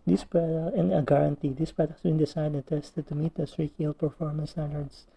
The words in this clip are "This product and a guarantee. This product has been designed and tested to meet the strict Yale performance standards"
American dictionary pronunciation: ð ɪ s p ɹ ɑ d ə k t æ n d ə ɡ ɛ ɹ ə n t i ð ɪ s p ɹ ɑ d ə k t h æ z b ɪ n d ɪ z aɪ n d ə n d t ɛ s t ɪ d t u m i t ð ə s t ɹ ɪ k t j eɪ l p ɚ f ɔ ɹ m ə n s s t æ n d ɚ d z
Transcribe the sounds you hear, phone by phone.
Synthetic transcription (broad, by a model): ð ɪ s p ɹ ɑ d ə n ə ɡ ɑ ɹ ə n t i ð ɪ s p ɹ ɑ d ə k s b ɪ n d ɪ s aɪ d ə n t ɛ s t ɪ d t u m i t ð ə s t ɹ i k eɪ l p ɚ f ɔ ɹ m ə n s s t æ n d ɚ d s